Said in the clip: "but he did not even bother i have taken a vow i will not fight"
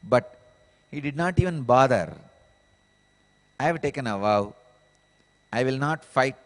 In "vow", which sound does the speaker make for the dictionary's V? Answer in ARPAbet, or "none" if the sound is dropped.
V